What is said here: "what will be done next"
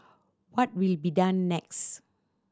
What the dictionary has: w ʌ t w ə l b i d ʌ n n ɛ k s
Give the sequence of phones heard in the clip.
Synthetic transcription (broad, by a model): w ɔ t w ə l b i d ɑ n n ɛ k s